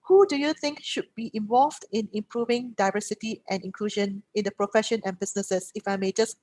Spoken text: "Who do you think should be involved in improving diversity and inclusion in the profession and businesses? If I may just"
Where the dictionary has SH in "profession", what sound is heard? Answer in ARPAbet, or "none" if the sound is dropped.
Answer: SH